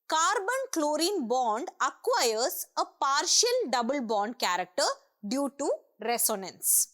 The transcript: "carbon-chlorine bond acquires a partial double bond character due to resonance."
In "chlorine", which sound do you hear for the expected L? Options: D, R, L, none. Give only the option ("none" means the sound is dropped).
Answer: L